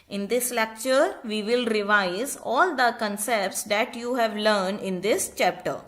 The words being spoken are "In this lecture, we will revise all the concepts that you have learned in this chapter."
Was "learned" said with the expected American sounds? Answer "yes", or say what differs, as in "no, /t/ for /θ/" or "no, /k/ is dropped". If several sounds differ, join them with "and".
yes